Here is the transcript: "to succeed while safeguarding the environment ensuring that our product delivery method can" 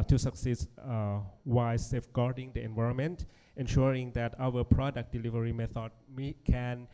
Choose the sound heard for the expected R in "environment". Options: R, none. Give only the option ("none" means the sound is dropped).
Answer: R